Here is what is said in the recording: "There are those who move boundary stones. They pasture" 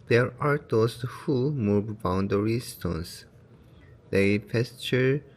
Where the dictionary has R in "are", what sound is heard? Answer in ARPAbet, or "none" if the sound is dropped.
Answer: R